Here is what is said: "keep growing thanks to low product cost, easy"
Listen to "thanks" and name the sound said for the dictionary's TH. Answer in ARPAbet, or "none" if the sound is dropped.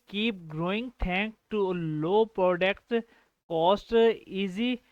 T